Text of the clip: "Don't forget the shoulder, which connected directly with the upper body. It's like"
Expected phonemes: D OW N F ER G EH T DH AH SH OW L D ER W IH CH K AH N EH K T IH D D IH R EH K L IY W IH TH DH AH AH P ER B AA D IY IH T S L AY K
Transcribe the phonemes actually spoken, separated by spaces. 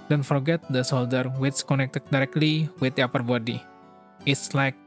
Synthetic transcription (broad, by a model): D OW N F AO G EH T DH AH S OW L D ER W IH S K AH N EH K T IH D D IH R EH K L IY W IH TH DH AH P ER B AA D IY IH T S L AY K